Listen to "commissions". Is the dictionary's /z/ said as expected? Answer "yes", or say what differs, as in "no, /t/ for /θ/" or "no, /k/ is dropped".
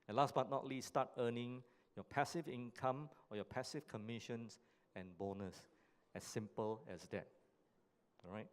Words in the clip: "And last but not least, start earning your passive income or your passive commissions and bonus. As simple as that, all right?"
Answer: no, /s/ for /z/